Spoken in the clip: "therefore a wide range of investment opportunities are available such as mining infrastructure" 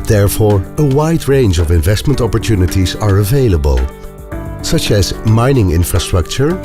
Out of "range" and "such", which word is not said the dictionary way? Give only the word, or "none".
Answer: none